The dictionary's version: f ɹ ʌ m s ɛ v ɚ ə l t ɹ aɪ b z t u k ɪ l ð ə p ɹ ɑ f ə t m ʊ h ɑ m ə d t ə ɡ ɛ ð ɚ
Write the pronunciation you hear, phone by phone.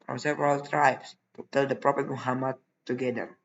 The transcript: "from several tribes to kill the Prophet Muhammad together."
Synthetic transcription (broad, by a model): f ɹ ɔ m s ɛ v ɚ ə l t ɹ aɪ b s t u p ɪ l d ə p ɹ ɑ p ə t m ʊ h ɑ m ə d t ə ɡ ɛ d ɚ